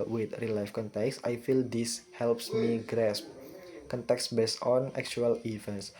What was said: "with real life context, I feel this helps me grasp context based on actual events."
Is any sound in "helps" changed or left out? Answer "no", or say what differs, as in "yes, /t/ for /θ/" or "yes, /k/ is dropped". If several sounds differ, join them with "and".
no